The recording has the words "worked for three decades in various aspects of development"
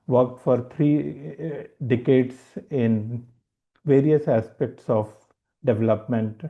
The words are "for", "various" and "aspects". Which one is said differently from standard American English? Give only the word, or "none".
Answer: none